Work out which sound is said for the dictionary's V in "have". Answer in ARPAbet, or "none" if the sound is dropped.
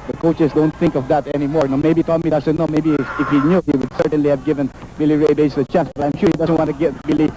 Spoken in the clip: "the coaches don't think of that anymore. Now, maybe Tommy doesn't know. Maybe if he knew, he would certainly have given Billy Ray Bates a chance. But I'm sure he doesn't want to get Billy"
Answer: V